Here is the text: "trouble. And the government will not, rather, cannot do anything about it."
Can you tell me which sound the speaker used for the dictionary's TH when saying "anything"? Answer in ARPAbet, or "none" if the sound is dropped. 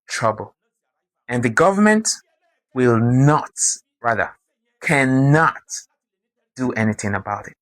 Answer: TH